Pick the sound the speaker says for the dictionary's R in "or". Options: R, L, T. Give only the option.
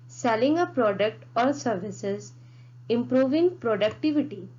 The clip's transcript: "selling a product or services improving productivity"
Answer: R